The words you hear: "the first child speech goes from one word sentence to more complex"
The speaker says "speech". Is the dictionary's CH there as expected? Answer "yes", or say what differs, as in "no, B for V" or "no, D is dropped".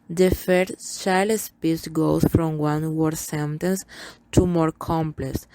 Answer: no, S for CH